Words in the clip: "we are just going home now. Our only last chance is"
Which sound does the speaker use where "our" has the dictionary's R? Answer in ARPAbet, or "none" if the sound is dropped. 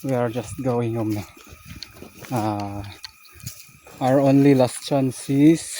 R